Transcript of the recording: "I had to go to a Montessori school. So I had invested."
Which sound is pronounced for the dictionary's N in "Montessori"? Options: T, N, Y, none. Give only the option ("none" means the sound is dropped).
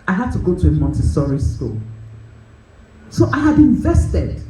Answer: N